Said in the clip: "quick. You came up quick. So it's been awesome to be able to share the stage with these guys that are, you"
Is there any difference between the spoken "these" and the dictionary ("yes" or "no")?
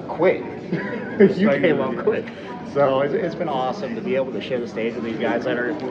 no